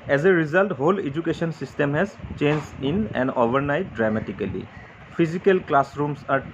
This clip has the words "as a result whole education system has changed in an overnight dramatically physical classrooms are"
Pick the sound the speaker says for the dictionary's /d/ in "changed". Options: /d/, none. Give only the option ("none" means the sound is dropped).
none